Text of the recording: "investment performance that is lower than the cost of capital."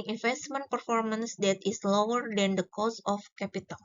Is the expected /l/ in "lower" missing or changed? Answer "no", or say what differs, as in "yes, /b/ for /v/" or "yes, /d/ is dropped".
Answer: no